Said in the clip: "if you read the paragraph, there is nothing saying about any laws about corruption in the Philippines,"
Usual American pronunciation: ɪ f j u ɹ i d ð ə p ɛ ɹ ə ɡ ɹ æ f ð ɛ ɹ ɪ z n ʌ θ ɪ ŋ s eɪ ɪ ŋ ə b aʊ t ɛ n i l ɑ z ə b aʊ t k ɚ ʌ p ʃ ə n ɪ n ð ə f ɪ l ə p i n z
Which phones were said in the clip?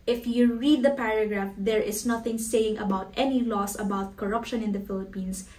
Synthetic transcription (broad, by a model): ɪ f j u ɹ i d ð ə p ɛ ɹ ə ɡ ɹ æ f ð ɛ ɹ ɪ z n ʌ θ ɪ ŋ s eɪ ɪ ŋ ə b aʊ t ɛ n i l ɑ s ə b aʊ t k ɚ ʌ p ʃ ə n ɪ n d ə f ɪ l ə p i n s